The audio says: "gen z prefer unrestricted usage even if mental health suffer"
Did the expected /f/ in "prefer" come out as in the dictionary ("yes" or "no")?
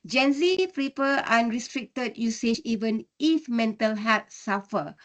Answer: no